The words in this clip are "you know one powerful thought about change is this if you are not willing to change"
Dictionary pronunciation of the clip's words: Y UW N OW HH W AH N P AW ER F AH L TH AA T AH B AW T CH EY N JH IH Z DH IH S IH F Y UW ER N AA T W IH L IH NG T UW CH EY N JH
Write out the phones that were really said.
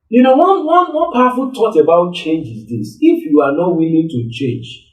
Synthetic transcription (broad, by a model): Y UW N OW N W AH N P AW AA F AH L T AA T AH B AW T CH EY N JH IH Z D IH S IH F Y UW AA N AA T W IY L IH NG T UW CH EY N JH